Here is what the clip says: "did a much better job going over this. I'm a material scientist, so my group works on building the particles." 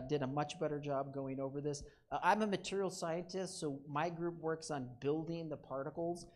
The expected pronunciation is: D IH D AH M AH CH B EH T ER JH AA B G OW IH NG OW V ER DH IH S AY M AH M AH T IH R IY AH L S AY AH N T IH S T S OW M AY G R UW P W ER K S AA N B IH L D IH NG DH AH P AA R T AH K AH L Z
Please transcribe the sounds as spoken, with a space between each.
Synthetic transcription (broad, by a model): D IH D AH M AH CH B EH T ER JH AA B G OW IH NG OW V ER DH IH S AY M AH M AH T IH R IY L S AY AH N T IH S T S OW M AY G R UW P W ER K S N B IH L D IH NG DH AH P AA R T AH K L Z